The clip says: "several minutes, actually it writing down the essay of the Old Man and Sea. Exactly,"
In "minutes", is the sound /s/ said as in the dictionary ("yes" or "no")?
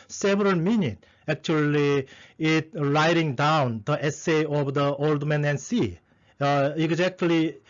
no